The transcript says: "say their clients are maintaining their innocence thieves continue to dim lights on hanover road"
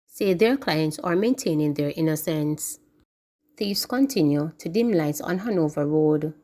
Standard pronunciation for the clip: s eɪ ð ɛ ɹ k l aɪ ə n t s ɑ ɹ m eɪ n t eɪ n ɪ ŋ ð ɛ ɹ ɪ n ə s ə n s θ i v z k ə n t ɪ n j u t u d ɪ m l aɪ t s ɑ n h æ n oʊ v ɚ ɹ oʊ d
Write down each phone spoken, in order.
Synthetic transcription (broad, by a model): s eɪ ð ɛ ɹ k l aɪ ə n t s ɑ ɹ m eɪ n t eɪ n ɪ ŋ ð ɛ ɹ ɪ n ə s ə n s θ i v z k ə n t ɪ n j u t u d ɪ m l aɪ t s ɑ n h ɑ n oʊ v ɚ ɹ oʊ d